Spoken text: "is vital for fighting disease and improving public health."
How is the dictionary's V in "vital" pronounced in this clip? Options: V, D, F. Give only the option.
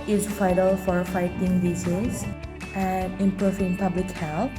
F